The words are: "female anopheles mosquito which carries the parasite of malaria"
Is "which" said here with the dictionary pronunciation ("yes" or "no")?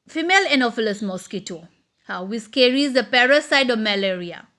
no